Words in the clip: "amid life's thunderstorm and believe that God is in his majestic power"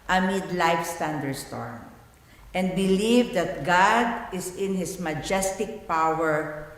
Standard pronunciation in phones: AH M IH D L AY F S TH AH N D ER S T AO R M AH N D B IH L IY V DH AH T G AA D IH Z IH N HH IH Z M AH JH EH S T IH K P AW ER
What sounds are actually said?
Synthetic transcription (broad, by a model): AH M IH D L AY F S T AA N D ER S T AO R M AH N D B IH L IY V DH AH T G AA D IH S IH N HH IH S M AH JH EH S T IH K P AW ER